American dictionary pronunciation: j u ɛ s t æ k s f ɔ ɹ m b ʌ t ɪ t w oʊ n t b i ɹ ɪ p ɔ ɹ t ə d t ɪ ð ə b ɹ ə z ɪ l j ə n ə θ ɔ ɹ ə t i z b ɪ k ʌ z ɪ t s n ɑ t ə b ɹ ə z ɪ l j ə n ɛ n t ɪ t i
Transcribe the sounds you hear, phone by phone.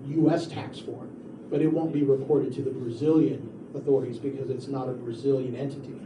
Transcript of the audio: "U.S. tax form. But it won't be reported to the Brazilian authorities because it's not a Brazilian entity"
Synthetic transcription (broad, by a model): j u ɛ s t æ k s f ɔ ɹ b ʌ t ɪ t w oʊ n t b i ɹ ɪ p ɔ ɹ t ə d t ɪ ð ə b ɹ ə z ɪ l j ə n ə θ ɔ ɹ ə t i z b ɪ k ʌ z ɪ t s n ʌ t ə b ɹ ə z ɪ l j ə n ɛ n t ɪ t i